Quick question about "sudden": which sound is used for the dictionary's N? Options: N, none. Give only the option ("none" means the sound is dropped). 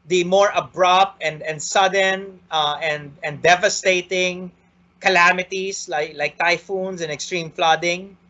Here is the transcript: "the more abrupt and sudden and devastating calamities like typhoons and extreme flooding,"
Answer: N